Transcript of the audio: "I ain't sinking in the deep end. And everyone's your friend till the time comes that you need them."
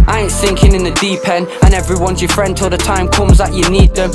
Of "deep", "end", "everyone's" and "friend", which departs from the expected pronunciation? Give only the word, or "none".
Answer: end